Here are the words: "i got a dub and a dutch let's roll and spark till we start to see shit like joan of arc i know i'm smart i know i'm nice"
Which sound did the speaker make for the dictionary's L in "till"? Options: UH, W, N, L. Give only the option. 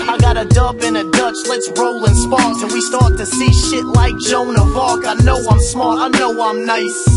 N